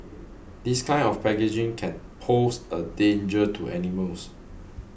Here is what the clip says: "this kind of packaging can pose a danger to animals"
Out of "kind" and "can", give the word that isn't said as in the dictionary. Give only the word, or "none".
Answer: kind